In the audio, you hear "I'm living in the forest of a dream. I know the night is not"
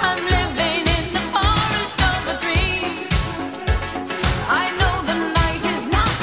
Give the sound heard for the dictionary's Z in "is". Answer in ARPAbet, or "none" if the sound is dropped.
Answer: Z